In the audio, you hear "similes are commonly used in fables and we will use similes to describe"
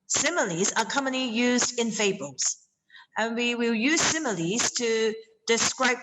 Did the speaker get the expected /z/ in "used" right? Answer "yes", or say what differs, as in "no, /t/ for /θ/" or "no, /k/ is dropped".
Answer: yes